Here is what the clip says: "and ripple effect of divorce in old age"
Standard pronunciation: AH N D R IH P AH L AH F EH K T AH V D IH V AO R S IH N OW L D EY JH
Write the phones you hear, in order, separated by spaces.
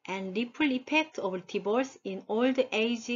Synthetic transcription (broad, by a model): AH N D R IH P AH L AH P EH K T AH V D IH B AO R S IH N OW L D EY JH